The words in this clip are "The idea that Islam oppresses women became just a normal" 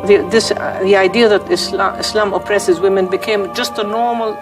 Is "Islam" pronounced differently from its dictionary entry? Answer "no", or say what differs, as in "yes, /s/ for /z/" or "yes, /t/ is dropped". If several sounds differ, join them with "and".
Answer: no